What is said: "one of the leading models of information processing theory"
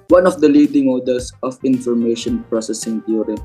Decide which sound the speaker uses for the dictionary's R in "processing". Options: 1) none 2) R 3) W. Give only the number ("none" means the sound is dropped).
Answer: 2